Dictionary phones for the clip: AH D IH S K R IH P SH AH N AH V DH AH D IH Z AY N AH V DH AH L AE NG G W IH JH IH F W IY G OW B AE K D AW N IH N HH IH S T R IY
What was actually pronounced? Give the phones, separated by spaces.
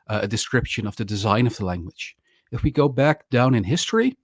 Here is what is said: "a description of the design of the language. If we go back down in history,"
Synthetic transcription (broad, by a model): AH D IH S K R IH P SH AH N AH V DH AH D IH Z AY N AH V DH AH L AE NG G W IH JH IH F W IY G OW B AE K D AW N IH N HH IH S T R IY